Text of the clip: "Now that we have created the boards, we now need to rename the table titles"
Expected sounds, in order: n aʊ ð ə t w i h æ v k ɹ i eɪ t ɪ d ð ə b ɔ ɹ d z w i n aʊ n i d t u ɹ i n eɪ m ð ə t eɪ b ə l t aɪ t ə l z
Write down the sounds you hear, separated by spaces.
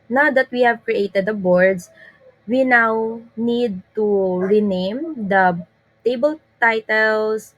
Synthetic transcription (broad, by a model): n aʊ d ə t w i h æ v k ɹ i eɪ t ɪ d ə b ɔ ɹ d s w i n aʊ n i d t u ɹ i n eɪ m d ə t eɪ b ə l t aɪ t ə l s